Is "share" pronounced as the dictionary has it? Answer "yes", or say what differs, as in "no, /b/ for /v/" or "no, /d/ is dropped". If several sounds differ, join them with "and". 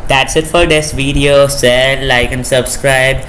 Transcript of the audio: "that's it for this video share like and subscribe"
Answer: no, /s/ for /ʃ/ and /l/ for /ɹ/